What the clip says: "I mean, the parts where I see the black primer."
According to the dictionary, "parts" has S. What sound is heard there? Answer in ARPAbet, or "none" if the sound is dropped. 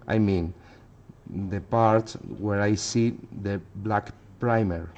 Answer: none